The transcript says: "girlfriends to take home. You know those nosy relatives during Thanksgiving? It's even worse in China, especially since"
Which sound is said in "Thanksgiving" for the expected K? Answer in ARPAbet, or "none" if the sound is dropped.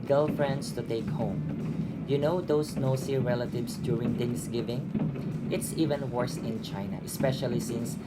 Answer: none